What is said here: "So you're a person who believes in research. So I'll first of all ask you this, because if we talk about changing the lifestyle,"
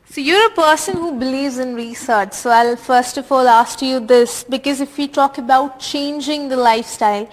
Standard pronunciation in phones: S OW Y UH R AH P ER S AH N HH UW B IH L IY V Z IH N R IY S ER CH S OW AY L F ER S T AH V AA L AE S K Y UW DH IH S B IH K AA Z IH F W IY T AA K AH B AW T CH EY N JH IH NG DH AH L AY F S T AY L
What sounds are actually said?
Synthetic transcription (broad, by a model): S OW Y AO R AH P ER S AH N HH UW B IH L IY V Z IH N R IY S ER CH S OW AY L F ER S T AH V AA L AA S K Y UW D IH S B IH K AA Z IH F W IY T AA K AH B AW T CH EY N JH IH NG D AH L AY F S T AY L